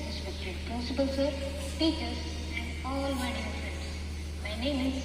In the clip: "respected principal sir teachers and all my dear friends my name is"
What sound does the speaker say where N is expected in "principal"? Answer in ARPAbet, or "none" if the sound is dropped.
none